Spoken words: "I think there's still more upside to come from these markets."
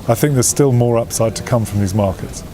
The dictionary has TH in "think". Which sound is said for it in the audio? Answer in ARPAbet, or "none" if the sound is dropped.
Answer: TH